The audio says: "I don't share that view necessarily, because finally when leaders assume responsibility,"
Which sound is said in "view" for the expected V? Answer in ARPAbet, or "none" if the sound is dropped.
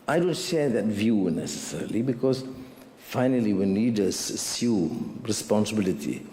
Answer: V